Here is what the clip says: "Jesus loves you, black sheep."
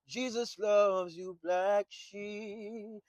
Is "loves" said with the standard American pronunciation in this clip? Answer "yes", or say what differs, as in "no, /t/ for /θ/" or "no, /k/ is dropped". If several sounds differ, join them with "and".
yes